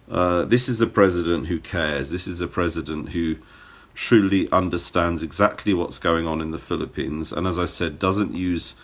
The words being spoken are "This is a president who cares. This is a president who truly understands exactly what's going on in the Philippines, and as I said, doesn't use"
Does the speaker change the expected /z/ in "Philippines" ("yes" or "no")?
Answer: no